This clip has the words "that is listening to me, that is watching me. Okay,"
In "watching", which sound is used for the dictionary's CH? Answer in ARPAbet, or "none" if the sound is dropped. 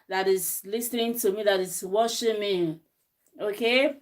SH